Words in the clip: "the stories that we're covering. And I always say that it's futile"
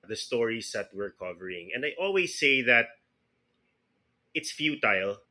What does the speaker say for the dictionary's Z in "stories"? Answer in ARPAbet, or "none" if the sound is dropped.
S